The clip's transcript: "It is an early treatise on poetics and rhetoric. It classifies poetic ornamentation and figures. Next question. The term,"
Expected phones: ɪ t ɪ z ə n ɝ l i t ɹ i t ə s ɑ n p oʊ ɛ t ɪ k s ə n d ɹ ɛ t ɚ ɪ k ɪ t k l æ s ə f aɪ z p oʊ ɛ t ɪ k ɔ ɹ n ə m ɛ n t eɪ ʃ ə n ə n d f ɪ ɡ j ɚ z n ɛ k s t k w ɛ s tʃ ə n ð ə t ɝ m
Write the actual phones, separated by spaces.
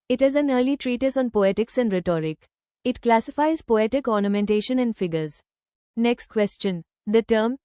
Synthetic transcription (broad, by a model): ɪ t ɪ z ə n ɝ l i t ɹ i t ə s ɑ n p oʊ ɛ t ɪ k s ə n d ɹ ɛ t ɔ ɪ k ɪ t k l æ s ə f aɪ z p oʊ ɛ t ɪ k ɔ ɹ n ə m ɛ n t eɪ ʃ ə n ə n d f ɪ ɡ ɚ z n ɛ k s t k w ɛ s tʃ ə n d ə t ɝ m